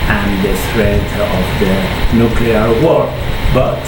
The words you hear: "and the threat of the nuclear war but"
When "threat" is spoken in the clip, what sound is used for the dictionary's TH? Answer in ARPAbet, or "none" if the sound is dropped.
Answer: T